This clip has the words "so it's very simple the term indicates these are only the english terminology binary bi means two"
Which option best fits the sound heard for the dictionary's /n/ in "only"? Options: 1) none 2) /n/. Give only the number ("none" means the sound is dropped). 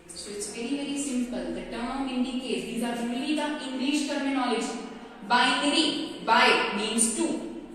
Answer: 1